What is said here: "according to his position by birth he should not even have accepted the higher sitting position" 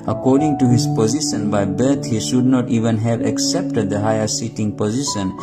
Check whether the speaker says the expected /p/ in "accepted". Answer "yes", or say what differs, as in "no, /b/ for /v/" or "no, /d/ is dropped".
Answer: yes